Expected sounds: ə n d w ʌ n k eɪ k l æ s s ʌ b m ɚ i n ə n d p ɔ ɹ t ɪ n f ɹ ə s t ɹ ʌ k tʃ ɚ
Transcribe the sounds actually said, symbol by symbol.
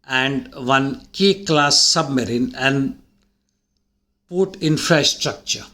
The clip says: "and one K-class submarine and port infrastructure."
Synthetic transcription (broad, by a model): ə n d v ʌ n k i k l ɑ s s ʌ b m ɚ i n ə n d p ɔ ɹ t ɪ n f ɹ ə s t ɹ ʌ k tʃ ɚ